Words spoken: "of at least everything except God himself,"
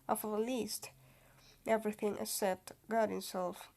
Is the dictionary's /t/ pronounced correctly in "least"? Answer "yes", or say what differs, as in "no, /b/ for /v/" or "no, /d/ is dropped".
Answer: yes